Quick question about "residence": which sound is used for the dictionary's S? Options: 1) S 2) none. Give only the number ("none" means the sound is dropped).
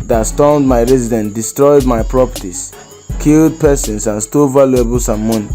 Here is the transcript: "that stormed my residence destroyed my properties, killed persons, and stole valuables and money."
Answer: 2